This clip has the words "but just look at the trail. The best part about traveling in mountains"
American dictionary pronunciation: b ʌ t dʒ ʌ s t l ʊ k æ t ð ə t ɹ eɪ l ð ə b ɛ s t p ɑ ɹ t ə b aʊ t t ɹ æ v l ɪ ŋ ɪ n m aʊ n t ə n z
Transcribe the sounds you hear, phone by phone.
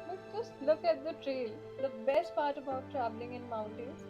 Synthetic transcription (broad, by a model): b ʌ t dʒ ʌ s t l ʊ k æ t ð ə t ɹ eɪ l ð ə b ɛ s t p ɑ ɹ t ə b aʊ t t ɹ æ b l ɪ ŋ ɪ n m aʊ n t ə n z